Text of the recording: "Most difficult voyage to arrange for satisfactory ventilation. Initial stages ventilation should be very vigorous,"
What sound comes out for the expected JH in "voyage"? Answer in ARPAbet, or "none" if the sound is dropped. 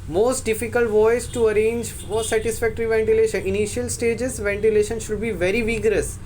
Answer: Z